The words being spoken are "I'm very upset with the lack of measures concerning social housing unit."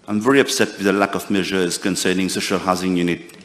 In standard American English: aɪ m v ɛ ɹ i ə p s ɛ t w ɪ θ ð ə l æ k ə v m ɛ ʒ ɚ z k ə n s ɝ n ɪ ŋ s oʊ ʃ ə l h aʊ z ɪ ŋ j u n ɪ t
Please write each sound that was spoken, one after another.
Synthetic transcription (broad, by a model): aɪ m v ɛ ɹ i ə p s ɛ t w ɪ ð ə l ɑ k ə v m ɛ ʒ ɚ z k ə n s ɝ n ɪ ŋ s oʊ ʃ ə l h aʊ z ɪ ŋ j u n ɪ t